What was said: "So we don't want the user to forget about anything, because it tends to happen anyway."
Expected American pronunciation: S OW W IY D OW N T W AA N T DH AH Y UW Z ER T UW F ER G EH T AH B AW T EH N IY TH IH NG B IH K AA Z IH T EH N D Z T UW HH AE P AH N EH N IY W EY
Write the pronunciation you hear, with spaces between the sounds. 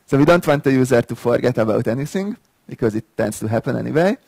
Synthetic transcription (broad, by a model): S OW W IY D OW N T W AA N T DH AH Y UW Z ER T UW F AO G EH T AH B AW T EH N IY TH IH NG B IH K AA Z IH T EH N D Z T UW HH AE P AH N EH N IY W EY